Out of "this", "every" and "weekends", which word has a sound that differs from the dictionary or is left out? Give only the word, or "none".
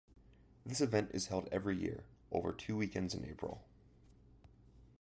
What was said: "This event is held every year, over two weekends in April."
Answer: none